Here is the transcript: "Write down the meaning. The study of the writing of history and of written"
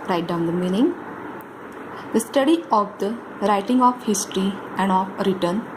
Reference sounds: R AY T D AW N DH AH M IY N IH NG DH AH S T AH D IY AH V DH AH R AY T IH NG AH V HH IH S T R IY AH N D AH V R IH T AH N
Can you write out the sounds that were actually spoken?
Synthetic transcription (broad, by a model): R AY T D AW N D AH M IY N IH NG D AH S T AH D IY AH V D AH R AY T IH NG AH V HH IH S T R IY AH N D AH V R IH T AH N